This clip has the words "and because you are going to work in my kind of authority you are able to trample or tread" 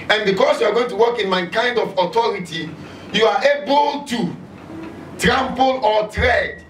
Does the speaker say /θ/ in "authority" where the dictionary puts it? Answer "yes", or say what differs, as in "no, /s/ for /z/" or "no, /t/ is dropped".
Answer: no, /t/ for /θ/